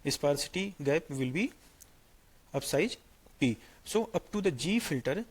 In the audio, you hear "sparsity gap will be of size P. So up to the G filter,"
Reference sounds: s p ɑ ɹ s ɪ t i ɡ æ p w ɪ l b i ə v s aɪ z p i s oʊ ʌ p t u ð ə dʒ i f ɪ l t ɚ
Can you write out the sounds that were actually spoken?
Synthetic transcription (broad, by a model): s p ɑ ɹ s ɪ t i ɡ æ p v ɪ l b i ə p s aɪ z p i s oʊ ʌ p t u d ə dʒ i f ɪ l t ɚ